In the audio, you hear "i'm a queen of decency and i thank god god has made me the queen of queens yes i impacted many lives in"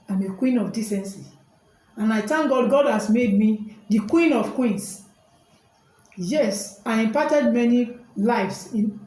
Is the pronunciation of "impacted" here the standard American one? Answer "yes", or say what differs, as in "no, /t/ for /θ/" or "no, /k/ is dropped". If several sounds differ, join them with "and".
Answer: no, /k/ is dropped